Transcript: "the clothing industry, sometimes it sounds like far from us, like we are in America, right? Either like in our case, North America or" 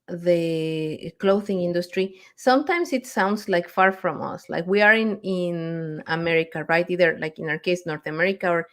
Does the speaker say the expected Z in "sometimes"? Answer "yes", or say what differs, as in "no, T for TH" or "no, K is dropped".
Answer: no, S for Z